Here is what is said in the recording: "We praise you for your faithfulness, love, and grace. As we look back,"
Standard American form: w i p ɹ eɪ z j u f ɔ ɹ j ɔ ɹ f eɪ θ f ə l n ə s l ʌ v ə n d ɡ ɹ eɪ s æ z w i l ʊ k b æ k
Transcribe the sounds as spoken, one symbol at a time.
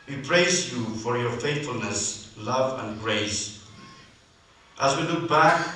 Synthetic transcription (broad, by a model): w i p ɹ eɪ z j u f ɔ ɹ j ɔ ɹ f eɪ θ f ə l n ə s l ʌ v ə n ɡ ɹ eɪ s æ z w i l ʊ k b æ k